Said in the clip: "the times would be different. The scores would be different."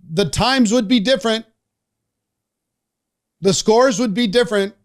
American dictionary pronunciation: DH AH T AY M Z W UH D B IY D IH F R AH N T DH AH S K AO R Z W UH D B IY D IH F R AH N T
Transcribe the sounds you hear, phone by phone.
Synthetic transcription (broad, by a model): DH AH T AY M Z W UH D B IY D IH F R AH N T DH AH S K AO R Z W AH D B IY D IH F R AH N T